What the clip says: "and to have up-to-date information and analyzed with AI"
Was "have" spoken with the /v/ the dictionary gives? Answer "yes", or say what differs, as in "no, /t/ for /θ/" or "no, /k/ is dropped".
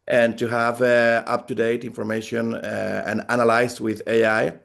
yes